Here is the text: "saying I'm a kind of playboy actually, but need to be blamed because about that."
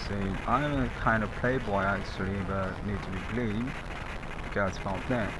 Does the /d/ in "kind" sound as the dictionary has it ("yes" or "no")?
yes